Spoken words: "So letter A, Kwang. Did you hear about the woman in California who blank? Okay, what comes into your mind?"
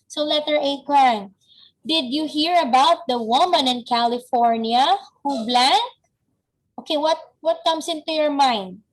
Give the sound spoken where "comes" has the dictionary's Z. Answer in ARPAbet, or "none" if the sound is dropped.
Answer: S